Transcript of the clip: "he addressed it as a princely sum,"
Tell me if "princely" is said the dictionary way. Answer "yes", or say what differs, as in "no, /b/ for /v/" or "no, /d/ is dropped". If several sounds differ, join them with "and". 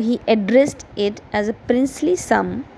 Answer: yes